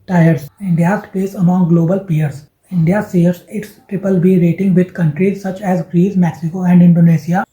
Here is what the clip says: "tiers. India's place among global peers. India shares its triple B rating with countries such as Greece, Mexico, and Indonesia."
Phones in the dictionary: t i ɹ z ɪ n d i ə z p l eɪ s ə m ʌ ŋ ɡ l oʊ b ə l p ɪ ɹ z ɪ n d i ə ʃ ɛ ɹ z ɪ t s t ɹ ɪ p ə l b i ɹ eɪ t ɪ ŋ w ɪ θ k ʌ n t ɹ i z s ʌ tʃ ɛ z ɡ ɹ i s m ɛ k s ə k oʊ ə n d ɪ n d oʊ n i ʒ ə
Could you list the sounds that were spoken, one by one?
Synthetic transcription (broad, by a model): t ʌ ɹ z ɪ n d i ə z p eɪ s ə m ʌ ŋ ɡ l oʊ b ə l p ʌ ɹ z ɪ n d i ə s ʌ ɹ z ɪ t s t ɹ ɪ p ə l b i ɹ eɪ t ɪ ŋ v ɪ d k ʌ n t ɹ i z s ʌ tʃ ɛ z ɡ ɹ i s m ɛ k s ə k oʊ ə n d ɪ n d oʊ n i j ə